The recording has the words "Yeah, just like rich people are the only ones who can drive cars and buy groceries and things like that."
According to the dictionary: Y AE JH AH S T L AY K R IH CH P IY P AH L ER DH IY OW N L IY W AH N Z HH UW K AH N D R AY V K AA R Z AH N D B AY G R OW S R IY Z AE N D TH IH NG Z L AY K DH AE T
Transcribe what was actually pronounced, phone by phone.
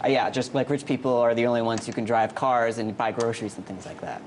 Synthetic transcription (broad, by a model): Y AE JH AH S T L AY K R IH CH P IY P L ER DH IY OW N L IY W AH N Z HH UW K AH N D R AY V K AA R Z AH N B AY G R OW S R IY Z N TH IH NG Z L AY K DH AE T